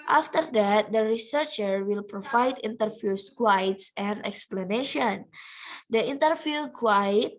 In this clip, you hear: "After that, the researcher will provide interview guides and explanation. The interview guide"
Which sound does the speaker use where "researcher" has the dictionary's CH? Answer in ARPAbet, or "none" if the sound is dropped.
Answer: CH